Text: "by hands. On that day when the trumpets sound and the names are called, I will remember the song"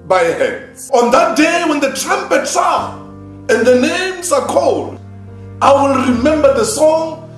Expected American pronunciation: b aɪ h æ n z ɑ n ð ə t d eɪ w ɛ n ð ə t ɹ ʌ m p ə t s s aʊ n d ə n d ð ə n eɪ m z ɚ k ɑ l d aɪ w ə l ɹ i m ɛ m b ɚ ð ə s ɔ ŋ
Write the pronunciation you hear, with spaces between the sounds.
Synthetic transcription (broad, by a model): b aɪ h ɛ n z ɑ n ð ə t d eɪ w ɛ n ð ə t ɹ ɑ m p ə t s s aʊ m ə n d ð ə n eɪ m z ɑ k ɑ l d aɪ w ə l ɹ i m ɛ m b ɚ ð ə s ɔ ŋ